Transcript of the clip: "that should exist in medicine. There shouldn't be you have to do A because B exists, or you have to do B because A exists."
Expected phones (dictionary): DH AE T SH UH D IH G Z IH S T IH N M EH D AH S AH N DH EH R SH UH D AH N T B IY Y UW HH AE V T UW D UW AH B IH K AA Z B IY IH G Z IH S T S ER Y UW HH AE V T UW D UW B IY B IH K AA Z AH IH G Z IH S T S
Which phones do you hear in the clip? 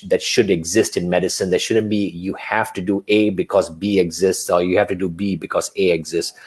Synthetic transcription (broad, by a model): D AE T SH UH D IH G Z IH S T IH N M EH D AH S AH N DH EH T SH UH D AH N T B IY Y UW HH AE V T UW D UW AH B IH K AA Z B IY IH G Z IH S T S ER Y UW HH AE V T UW D UW B IY B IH K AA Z AH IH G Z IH S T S